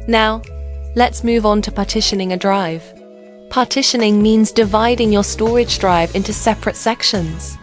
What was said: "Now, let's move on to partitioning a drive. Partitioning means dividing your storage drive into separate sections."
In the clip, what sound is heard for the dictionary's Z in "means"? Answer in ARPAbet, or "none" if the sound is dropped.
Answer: Z